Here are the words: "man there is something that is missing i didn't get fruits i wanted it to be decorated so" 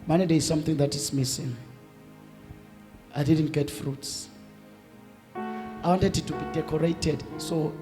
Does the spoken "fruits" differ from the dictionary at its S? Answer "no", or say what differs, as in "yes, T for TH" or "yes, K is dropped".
no